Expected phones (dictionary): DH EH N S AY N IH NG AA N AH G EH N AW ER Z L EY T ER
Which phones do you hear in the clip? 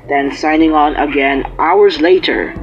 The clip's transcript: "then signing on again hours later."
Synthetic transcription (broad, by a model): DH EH N S AY N IH NG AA N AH G EH N AW ER Z L EY T ER